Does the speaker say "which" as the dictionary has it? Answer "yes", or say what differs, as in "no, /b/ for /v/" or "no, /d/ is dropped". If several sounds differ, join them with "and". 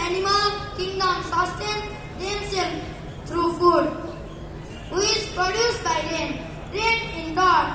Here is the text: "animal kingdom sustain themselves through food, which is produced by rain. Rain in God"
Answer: no, /tʃ/ is dropped